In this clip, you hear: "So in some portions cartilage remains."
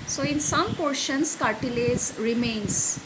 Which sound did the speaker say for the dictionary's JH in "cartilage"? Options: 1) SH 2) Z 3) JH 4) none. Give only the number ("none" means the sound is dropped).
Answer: 2